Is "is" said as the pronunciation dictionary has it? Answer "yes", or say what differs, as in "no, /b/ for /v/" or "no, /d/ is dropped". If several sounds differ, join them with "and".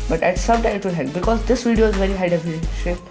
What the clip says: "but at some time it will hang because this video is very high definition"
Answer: yes